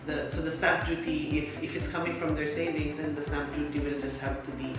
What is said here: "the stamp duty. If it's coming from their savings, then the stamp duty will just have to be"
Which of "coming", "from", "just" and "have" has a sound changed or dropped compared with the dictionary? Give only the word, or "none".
have